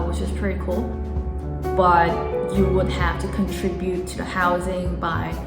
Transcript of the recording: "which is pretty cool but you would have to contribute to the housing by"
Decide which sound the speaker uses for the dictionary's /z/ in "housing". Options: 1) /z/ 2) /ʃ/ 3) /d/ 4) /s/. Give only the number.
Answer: 1